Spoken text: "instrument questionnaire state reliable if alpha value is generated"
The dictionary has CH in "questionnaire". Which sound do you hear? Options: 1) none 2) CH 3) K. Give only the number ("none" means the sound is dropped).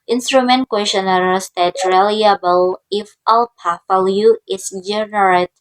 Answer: 1